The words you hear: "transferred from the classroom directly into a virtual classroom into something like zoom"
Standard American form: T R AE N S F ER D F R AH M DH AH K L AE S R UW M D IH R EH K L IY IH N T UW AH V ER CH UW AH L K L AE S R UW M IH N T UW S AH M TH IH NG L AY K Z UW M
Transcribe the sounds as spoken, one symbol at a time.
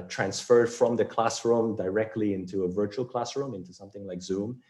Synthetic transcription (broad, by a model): T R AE N S F ER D F R AH M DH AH K L AE S R UW M D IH R EH K L IY IH N T UW AH V ER CH UW AH L K L AE S R UW M IH N T UW S AH M TH IH NG L AY K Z UW M